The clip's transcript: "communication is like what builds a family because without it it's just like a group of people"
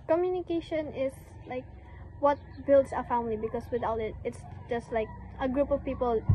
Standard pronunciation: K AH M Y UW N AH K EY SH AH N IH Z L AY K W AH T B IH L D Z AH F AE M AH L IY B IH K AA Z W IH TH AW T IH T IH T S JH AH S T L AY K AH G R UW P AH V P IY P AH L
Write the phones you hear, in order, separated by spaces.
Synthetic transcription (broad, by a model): K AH M Y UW N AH K EY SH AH N IH S L AY K W AH T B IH L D S AH F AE M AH L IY B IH K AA S W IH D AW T IH T IH T S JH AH S T L AY K AH G R UW P AH V P IY P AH L